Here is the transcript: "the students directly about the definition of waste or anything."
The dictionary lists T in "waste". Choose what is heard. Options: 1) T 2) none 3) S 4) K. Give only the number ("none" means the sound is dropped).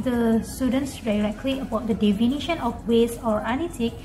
2